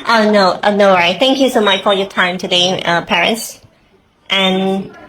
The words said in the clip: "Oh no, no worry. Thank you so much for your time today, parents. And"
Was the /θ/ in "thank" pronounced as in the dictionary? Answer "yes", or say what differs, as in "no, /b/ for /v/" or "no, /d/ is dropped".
yes